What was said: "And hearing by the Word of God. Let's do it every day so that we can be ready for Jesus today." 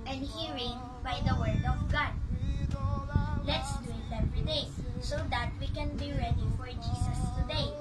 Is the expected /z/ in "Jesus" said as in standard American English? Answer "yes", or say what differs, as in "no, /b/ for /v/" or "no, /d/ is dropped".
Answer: no, /s/ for /z/